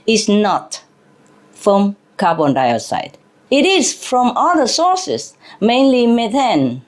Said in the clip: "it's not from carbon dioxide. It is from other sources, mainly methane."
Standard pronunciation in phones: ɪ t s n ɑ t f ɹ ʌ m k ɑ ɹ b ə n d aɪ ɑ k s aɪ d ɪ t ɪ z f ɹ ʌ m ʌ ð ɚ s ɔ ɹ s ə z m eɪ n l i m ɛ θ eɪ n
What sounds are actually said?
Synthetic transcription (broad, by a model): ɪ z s n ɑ t f ɹ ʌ m k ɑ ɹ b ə n d aɪ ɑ s aɪ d ɪ t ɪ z f ɹ ʌ m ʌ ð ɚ s ɔ ɹ s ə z m eɪ n l i m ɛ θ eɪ n